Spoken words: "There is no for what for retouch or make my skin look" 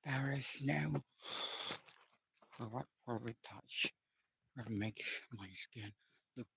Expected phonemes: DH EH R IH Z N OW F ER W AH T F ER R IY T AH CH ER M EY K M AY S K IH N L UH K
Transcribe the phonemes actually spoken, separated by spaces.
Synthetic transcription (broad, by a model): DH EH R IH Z N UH F ER W AH T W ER W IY T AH CH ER M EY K M AY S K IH N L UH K